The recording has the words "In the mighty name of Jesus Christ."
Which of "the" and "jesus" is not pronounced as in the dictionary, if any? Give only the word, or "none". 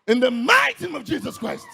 none